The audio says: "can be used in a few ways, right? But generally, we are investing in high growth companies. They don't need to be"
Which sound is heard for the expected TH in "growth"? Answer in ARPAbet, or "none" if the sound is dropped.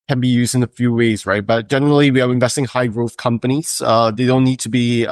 TH